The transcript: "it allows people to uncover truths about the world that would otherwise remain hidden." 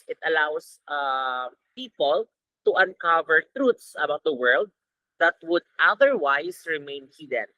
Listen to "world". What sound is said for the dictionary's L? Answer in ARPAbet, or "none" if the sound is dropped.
L